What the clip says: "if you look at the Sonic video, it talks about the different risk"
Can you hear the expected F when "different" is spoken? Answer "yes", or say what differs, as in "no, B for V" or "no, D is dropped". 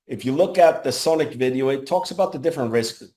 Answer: yes